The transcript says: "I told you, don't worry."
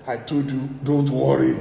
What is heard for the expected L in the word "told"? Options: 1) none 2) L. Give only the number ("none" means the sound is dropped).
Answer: 1